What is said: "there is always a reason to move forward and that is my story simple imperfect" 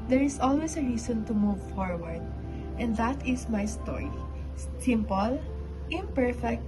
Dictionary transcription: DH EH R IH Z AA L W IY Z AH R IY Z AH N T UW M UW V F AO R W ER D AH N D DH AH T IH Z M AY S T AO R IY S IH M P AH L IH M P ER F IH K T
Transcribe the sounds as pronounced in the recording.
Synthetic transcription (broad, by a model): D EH R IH S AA L W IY S AH R IY S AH N T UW M UW V F AO R W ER D AH N D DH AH T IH S M AY S T AO R IY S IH M P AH L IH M P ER F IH K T